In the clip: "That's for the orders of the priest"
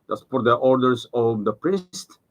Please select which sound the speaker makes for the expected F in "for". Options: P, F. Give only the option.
P